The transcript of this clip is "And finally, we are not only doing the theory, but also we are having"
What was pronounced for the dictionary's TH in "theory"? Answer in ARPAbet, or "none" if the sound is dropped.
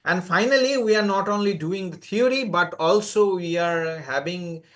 T